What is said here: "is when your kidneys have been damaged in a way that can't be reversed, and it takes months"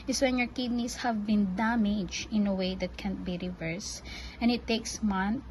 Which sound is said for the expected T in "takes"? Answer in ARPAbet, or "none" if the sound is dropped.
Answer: T